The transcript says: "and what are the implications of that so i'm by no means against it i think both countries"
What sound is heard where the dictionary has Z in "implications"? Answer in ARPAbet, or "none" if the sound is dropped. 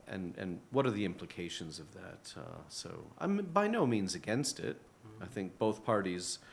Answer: Z